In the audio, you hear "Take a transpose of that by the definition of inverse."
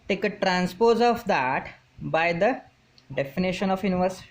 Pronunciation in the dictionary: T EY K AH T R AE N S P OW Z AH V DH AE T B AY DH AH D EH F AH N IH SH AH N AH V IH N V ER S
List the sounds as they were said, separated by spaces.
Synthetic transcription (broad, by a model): T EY K AH T R AE N S P OW Z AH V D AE T B AY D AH D EH F AH N IH SH AH N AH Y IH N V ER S